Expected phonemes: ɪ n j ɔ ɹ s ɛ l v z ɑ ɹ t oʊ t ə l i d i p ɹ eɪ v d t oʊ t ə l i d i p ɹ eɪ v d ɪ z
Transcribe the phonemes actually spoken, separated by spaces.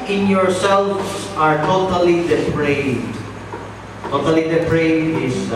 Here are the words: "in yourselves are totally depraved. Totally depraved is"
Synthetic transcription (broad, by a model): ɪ n j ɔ ɹ s ɛ l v s ɑ ɹ t oʊ t ə l i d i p ɹ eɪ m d t oʊ t ə l i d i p ɹ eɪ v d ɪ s